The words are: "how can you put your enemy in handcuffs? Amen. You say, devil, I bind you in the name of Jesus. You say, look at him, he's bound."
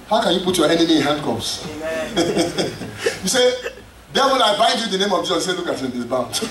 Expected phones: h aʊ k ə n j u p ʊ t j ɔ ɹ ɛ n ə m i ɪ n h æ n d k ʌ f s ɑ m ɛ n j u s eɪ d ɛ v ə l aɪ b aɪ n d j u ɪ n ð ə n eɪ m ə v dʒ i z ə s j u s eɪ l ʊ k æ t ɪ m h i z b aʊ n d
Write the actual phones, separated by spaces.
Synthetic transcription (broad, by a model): h aʊ k ə n j u p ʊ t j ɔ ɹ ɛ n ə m i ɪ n h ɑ n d k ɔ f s j u s eɪ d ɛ f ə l aɪ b aɪ n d j u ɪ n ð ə n eɪ m ə v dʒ i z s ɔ s eɪ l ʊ k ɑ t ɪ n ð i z b aʊ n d